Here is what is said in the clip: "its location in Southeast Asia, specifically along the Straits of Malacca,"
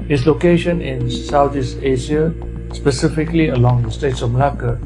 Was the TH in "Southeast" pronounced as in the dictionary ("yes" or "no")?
no